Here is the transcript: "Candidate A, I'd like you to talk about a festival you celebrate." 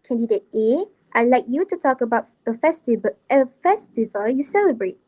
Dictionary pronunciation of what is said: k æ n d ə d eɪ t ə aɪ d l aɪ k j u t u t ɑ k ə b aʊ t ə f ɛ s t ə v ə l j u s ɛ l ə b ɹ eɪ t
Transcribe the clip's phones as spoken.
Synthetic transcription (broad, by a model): k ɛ n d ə d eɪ t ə aɪ l aɪ k j u t u t ɑ k ə b aʊ t ə f ɛ s t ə v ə l j u s ɛ l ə b ɹ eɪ t